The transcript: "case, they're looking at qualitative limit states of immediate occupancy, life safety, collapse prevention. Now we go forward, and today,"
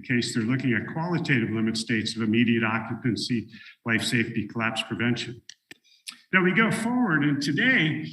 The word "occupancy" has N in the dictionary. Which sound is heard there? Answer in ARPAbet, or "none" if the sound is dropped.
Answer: N